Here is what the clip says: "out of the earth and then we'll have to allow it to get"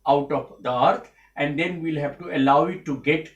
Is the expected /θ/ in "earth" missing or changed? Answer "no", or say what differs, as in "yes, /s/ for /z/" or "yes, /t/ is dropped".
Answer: yes, /t/ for /θ/